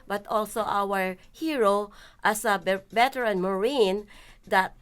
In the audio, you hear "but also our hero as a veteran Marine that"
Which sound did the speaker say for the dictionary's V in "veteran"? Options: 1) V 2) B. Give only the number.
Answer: 2